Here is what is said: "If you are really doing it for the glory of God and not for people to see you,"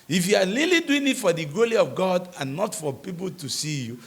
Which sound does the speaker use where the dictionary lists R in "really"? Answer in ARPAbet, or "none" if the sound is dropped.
L